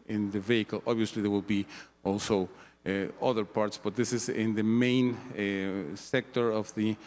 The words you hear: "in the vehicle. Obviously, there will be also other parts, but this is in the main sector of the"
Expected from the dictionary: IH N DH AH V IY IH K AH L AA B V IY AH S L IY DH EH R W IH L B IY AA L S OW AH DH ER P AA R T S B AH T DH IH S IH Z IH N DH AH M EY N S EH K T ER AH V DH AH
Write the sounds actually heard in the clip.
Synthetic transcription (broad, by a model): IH N DH AH V IY IH K AH L AA B V IY AH S L IY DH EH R W IH L B IY AA L S OW AH DH ER P AA R T S B AH T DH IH S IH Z IH N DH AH M EY N S EH K T ER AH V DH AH